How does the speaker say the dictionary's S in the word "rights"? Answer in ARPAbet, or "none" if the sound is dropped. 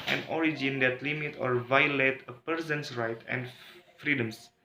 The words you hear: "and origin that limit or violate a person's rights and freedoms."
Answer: none